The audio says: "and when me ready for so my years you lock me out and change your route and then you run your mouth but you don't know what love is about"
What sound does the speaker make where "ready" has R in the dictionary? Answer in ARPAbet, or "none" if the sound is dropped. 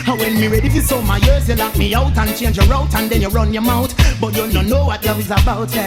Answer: R